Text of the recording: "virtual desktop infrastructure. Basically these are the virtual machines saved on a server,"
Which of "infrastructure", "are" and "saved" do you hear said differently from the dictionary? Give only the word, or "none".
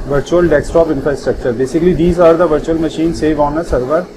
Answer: saved